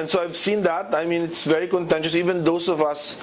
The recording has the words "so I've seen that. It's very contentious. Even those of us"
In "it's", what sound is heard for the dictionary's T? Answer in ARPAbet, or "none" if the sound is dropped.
T